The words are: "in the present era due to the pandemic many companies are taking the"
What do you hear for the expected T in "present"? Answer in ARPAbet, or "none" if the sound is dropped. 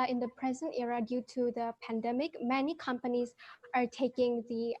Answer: T